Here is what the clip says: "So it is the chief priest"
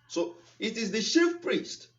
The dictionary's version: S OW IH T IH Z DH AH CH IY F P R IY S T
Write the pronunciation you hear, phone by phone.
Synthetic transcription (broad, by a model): S OW IH T IH Z DH AH SH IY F P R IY S T